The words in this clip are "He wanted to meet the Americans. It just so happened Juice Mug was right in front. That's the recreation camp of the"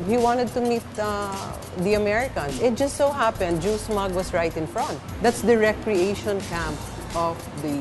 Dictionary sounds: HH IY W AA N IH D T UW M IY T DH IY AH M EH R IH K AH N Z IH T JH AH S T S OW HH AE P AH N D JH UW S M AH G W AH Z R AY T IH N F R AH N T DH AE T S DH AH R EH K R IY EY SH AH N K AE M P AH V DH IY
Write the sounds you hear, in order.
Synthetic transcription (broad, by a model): HH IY W AA N IH D T UW M IY T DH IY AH M EH R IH K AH N S IH T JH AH S T S OW HH AE P AH N D JH UW S M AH G W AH S R AY T IH N F R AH N T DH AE T S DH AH R EH K R IY EY SH AH N K AE M P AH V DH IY